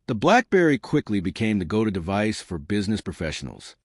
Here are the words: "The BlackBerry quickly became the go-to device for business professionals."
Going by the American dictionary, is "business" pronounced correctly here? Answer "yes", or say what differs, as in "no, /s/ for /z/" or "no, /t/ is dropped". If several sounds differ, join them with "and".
yes